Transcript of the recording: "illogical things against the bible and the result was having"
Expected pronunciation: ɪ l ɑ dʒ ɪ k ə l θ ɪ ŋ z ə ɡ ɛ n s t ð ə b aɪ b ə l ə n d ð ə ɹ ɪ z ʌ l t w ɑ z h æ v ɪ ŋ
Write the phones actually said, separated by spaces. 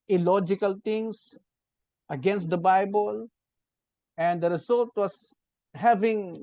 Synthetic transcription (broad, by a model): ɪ l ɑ dʒ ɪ k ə l t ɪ ŋ s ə ɡ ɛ n s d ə b aɪ b ə l ə n d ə ɹ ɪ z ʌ l t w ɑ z h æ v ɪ ŋ